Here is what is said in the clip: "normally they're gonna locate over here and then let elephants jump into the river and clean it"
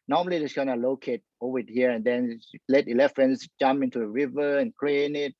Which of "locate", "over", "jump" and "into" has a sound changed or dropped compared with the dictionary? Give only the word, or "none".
over